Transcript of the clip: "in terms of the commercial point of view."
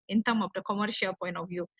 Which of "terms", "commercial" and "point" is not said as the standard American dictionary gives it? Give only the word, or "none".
terms